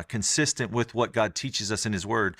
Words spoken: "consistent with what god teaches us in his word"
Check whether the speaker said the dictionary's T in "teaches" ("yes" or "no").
yes